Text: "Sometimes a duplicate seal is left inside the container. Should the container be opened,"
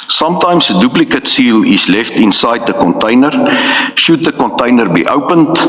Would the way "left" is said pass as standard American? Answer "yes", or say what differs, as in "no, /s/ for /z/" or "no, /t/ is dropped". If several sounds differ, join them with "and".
yes